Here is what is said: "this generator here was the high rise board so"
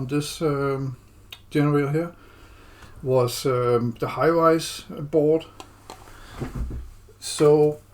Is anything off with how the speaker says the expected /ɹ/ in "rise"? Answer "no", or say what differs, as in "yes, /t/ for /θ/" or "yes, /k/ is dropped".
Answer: yes, /w/ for /ɹ/